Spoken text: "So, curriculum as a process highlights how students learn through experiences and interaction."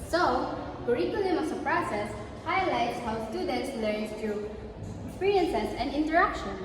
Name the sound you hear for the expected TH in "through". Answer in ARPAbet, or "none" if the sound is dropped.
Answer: T